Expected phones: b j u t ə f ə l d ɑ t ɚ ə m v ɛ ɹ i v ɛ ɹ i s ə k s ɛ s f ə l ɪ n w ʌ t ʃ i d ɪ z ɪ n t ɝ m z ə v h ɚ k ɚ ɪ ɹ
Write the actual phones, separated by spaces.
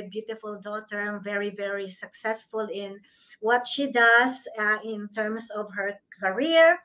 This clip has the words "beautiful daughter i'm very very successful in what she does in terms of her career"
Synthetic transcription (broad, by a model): b j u t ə f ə l d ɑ t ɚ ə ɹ v ɛ ɹ i v ɛ ɹ i s ə k s ɛ s f ə l ɪ n w ʌ t ʃ i d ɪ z ɪ n t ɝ m s ə v h ɚ k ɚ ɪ ɹ